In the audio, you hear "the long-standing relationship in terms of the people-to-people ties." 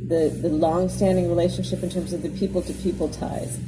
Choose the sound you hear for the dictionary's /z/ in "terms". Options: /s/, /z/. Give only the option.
/z/